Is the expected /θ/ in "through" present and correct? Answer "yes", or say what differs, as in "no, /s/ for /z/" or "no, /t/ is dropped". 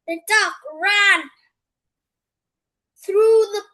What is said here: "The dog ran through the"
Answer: yes